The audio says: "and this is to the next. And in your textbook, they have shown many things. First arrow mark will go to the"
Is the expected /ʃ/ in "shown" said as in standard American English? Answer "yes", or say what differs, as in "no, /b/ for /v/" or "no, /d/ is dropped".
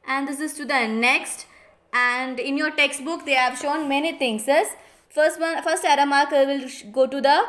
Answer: yes